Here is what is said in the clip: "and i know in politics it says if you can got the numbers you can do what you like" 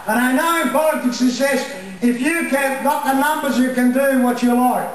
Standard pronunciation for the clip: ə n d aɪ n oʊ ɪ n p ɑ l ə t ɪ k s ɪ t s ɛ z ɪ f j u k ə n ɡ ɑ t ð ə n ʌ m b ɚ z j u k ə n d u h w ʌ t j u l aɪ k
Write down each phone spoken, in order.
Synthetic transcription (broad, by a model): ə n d aɪ n oʊ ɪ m p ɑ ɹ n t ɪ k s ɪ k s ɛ s ɪ f j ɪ k ə n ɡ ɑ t ð ə n ʌ m b ɚ z j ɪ k ə n d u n w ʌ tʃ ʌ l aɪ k